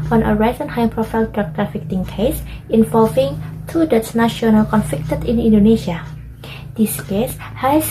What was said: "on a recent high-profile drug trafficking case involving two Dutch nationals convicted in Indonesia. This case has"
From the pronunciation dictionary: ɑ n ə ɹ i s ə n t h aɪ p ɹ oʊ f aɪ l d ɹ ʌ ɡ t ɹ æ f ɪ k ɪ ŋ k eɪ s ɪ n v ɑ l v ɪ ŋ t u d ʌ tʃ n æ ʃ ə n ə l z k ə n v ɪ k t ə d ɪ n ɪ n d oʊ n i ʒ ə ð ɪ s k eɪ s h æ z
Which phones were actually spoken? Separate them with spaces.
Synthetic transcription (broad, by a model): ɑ n ə ɹ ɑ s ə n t h aɪ p ɹ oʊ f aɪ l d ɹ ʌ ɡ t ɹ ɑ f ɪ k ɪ ŋ k eɪ s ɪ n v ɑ l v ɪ ŋ t u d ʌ s n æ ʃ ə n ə l k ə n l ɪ k t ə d ɪ n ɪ n d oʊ n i ʃ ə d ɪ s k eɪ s h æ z